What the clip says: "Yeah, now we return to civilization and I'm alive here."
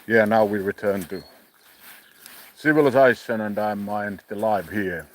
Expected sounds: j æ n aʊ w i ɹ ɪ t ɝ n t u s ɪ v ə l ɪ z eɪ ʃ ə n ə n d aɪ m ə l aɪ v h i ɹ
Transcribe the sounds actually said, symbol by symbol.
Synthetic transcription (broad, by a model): j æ n aʊ w i ɹ ɪ t ɝ n t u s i w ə l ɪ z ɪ s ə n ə n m aɪ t ə l aɪ v h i ɹ